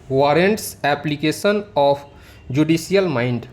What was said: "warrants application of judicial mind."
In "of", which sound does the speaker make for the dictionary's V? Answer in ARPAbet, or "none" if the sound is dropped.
P